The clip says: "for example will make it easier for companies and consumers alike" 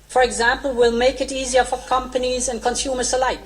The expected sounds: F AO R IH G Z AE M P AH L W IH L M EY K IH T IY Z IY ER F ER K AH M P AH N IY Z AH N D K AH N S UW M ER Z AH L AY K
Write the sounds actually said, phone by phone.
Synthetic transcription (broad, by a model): F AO R IH G Z AE M P AH L W IH L M EY K IH T IY Z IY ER F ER K AH M P AH N IY Z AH N K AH N S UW M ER S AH L AY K